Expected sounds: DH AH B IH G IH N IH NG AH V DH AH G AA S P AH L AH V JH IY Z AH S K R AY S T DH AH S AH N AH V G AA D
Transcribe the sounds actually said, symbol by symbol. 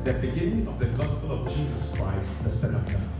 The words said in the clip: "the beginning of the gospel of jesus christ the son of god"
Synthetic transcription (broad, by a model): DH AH B IH G IH N IH NG AH V DH AH G AA S P AH L AH V JH IY Z AH S K R AY S T DH AH S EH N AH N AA